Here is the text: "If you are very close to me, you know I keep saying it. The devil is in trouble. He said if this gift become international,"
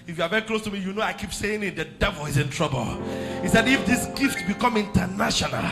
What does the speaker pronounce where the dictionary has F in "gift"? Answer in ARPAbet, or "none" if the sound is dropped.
F